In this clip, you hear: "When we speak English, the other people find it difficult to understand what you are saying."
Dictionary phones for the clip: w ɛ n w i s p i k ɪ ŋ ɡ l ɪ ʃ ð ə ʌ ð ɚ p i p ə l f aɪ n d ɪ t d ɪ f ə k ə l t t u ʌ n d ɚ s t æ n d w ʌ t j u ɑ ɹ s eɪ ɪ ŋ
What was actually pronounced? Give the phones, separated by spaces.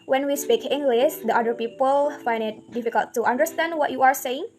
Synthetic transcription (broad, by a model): w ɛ n w i s p i k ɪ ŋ ɡ l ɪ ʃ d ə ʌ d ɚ p i p ə l f aɪ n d ɪ t d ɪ f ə k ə l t t u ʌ n d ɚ s t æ n d w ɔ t j u ɑ ɹ s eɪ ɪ ŋ